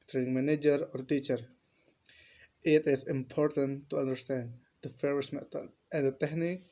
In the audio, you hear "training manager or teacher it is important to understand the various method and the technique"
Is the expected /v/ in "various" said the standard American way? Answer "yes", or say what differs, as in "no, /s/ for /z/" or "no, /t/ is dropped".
no, /f/ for /v/